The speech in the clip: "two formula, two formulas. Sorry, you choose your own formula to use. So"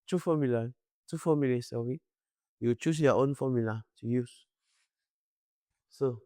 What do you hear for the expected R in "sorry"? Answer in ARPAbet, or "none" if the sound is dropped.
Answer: W